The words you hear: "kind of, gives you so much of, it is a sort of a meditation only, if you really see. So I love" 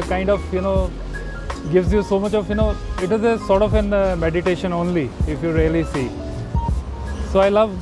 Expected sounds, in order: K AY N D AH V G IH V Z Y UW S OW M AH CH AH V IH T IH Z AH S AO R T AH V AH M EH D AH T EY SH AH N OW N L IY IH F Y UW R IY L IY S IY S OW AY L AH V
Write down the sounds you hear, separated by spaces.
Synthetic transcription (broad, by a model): K AY N D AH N G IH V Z Y UW S OW M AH CH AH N IH T IH Z AH S AO R T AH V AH M EH D AH T EY SH AH N OW N L IY IH F Y UW R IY L IY S IY S OW AY L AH V